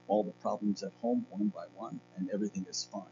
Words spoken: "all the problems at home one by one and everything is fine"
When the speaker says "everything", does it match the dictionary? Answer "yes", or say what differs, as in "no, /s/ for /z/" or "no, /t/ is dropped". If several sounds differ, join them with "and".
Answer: yes